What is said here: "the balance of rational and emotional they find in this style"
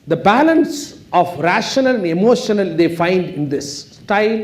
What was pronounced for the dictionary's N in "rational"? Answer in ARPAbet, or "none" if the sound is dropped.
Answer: N